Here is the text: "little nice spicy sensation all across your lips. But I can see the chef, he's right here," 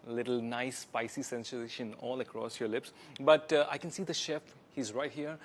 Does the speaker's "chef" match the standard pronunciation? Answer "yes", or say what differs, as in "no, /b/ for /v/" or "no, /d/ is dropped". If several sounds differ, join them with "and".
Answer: yes